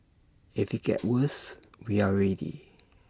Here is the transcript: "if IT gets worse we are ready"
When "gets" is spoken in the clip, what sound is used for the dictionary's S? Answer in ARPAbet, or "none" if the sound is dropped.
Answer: none